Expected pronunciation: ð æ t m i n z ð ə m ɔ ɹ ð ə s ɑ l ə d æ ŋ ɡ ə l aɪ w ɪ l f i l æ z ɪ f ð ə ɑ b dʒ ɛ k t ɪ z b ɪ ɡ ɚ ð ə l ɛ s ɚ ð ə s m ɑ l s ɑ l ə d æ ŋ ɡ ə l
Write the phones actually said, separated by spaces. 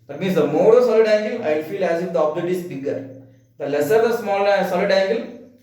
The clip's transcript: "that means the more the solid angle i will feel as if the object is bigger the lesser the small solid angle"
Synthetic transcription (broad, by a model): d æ t m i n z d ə m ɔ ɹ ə s ɑ l ə d æ ŋ ɡ ə l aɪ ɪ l f i l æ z ɪ f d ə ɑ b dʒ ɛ t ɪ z b ɪ ɡ ɚ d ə l ɛ s ɚ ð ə s m ɑ l s ɑ l ə d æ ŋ ɡ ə l